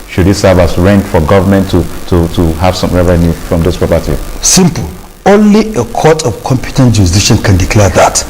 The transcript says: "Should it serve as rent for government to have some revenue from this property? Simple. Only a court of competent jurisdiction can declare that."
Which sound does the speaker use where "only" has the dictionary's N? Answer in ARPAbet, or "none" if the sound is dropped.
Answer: N